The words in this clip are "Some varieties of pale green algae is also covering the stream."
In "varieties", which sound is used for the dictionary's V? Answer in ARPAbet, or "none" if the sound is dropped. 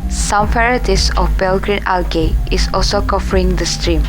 F